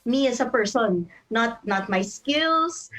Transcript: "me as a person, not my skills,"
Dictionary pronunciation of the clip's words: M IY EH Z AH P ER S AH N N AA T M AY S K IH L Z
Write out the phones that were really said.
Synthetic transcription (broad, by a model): M IY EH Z AH P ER S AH N N AA T M AY S K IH L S